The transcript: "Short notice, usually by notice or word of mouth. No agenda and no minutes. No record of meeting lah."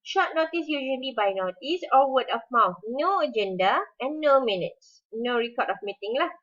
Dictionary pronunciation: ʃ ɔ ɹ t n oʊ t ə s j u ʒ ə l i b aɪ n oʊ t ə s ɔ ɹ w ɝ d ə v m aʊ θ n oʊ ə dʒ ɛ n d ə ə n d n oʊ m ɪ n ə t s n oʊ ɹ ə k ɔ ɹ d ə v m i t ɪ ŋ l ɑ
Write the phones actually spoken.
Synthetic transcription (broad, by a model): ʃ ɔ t n oʊ t ə s j u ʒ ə l i b aɪ n oʊ t ə s ɔ l w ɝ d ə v m aʊ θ n oʊ ə dʒ ɛ n d ə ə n n oʊ m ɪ n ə t s n oʊ ɹ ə k ɔ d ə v m i t ɪ ŋ l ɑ